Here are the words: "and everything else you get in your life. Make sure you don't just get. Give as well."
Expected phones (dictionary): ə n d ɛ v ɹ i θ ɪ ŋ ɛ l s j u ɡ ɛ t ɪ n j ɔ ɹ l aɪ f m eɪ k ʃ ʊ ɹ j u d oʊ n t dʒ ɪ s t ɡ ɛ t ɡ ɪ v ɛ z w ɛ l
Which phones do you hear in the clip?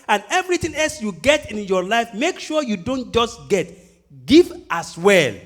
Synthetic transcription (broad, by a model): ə n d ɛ v ɹ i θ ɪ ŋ ɛ l s j u ɡ ɛ t ɪ n j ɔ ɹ l aɪ f m eɪ k ʃ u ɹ j u d oʊ n t dʒ ɪ s t ɡ ɛ t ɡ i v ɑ s w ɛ l